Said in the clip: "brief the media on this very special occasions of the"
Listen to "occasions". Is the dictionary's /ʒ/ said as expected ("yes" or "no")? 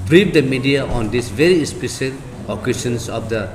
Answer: no